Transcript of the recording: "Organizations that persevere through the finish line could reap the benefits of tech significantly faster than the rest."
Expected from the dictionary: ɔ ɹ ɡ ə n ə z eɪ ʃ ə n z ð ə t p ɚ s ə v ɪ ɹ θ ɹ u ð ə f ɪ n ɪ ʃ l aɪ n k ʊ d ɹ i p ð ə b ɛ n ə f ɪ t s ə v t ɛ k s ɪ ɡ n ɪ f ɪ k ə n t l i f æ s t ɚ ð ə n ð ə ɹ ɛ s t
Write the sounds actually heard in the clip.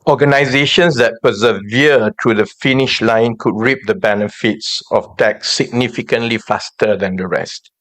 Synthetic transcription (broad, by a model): ɔ ɡ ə n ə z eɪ ʃ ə n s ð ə t p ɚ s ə v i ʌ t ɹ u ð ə f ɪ n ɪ ʃ l aɪ n k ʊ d ɹ i p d ə b ɛ n ə f ɪ t s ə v t ɛ k s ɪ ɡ n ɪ f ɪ k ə n t l i f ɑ s t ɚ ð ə n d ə ɹ ɛ s t